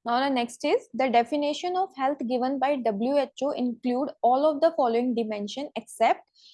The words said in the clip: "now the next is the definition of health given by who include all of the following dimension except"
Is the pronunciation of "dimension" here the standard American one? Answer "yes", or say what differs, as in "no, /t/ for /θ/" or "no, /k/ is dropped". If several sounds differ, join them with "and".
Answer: yes